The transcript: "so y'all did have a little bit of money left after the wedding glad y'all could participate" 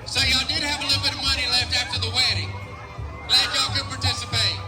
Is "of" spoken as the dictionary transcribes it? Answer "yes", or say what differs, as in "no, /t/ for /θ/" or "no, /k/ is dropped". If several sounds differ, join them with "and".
yes